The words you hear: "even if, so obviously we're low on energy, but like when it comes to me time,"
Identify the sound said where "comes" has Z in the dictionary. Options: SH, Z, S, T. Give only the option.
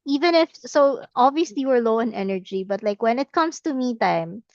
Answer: S